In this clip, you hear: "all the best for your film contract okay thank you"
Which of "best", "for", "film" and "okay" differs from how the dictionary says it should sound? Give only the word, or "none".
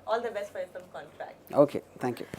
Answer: film